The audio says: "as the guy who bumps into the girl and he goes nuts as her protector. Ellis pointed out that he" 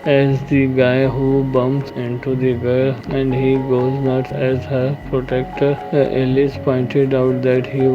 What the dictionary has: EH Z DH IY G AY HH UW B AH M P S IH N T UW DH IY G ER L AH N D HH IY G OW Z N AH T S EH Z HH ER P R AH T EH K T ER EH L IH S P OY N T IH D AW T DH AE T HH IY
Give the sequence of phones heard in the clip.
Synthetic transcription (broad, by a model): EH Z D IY G AY HH UW B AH M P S IH N T UW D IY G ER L AH N D HH IY G OW Z N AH T EH Z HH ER P R AH T EH K T ER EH L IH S P OY N T IH D AW T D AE T HH IY